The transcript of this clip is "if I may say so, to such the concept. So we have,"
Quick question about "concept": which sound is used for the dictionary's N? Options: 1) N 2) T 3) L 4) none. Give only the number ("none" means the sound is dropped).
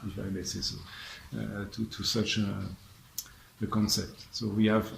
1